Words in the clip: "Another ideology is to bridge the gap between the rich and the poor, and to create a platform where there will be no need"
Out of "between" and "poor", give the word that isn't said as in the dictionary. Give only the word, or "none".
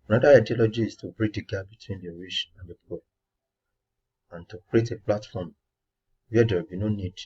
poor